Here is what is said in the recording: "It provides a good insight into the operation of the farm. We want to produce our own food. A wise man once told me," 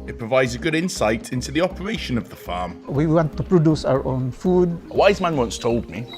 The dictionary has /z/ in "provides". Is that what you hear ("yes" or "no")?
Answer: yes